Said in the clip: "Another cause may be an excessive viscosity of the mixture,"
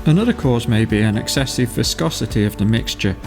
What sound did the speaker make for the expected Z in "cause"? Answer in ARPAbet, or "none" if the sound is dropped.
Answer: Z